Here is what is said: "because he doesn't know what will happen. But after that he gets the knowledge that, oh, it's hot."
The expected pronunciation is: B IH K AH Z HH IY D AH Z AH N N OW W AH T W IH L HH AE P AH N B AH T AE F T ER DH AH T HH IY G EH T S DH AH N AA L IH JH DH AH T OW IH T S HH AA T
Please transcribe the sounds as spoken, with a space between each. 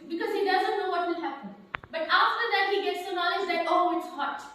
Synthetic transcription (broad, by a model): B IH K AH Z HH IY D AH Z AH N N OW W AH T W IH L HH AE P AH N B AH T AE F T ER DH AH T HH IY G EH T S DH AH N AA L IH JH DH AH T OW IH T S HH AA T